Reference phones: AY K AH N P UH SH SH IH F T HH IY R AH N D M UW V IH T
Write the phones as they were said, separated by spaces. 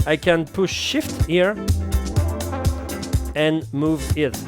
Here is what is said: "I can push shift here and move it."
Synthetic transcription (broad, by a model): AY K AH N P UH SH SH IH F T HH IY R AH N M UW V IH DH